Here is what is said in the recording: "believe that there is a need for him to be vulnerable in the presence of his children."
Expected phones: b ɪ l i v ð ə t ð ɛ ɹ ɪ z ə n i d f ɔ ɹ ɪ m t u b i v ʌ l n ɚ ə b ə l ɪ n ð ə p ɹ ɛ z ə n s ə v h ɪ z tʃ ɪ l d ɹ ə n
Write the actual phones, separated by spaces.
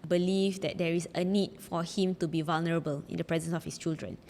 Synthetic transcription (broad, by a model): b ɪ l i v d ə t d ɛ ɹ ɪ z ə n i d f ɔ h ɪ m t u b i v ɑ l n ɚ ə b ə l ɪ n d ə p ɹ ɛ z ə n s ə f h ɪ s tʃ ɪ l d ɹ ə n